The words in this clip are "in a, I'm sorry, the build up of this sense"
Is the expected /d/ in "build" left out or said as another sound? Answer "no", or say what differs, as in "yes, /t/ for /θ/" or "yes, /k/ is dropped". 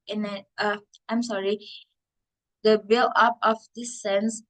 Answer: yes, /d/ is dropped